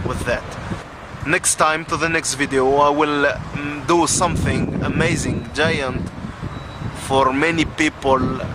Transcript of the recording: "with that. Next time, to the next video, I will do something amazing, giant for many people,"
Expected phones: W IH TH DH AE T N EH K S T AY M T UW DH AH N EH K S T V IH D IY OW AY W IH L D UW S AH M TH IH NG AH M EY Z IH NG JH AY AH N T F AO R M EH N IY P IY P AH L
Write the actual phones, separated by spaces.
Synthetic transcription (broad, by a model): W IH DH AE T N EH K S T AY M T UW DH AH N EH K S T V IH D IY OW AY W IH L D UW S AH M TH IH NG AH M EY Z IH NG JH AY AH N T F AO R M EH N IY P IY P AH L